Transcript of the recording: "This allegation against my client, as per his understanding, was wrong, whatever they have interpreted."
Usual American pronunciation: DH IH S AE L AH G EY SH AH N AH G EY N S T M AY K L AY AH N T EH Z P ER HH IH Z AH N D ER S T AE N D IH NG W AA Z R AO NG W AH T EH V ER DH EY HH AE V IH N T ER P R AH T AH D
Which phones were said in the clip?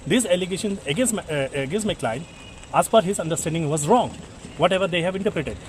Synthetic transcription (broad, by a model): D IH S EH L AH G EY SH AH N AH G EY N S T M AY K L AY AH N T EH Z F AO HH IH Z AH N D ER S T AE N D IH NG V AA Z R AO NG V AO T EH V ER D EY HH AE V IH N T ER P R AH T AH D